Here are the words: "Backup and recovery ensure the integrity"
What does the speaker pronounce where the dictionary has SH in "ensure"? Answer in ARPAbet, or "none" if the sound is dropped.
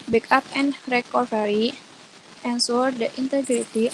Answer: S